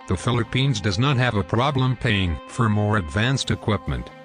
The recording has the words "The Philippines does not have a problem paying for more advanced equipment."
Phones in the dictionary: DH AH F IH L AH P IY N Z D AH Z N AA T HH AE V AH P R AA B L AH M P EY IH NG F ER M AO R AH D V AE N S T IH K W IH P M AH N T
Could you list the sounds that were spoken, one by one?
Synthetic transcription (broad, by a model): DH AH F IH L AH P IY N Z D AH Z N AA T HH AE V AH P R AA B L AH M P EY IH NG F ER M AO R AH D V AE N S T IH K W IH P M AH N T